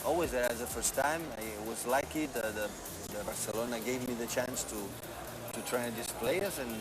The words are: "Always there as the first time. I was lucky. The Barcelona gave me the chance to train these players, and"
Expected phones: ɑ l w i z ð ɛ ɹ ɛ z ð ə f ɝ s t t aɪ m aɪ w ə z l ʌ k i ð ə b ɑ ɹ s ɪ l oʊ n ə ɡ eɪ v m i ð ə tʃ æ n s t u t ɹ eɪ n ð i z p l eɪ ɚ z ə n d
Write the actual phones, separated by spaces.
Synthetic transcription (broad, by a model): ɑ l w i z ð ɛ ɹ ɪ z ð ə f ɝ s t t aɪ m aɪ w ə z l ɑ k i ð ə b ɑ ɹ s ɪ l oʊ n ə ɡ eɪ v m i ð ə tʃ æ n s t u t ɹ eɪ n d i s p l eɪ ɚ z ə n